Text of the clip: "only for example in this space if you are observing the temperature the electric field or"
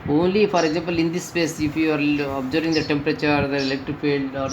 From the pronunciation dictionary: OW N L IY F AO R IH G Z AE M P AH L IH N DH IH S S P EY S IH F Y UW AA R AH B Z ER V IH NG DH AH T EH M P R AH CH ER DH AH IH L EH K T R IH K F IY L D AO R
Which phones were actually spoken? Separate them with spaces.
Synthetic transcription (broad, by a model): OW N L IY F AO R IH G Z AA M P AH L IH N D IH S S P EY S IH F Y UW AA R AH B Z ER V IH NG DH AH T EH M P R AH CH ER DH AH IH L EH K T IH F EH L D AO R